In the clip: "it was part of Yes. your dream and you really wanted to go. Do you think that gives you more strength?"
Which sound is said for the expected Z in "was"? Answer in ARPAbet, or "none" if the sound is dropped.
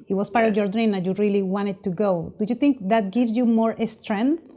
S